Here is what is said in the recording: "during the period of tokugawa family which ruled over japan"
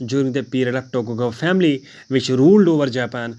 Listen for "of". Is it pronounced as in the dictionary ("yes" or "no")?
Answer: no